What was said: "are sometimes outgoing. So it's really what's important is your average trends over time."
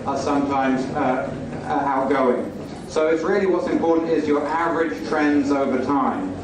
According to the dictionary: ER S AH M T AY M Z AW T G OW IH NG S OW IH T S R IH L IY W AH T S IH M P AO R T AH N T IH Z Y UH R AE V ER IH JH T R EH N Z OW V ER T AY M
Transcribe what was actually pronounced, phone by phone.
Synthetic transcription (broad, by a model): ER S AH M T AY M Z AW T G OW IH NG S OW IH T S R IH L IY W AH T S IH M P AO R T N T IH Z Y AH R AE V ER IH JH T R EH N Z OW V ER T AY M